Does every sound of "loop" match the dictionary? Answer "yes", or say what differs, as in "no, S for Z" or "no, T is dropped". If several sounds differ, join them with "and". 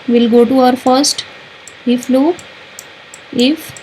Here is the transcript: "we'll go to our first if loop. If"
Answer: no, P is dropped